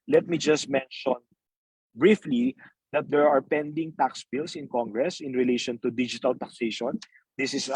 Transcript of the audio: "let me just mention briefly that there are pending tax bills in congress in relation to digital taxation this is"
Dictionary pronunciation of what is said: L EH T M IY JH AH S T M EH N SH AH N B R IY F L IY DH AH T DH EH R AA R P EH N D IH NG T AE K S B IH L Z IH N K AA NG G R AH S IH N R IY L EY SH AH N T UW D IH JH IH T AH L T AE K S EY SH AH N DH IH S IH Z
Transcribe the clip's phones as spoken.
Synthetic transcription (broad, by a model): L EH T M IY JH AH S T M EH N SH AH N B R IY F L IY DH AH T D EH R AA R P EH N D IH NG T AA K S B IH L S IH N K AA NG G R AH S IH N R IY L EY SH AH N T UW D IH JH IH T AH L T AE K S EY SH AH N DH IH S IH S